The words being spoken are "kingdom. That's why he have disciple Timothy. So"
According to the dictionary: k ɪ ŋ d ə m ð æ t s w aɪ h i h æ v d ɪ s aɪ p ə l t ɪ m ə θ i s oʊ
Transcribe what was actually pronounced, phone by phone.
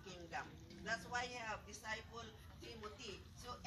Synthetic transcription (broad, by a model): k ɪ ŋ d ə m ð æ t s w aɪ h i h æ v d ɪ s aɪ p ə l t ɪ m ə t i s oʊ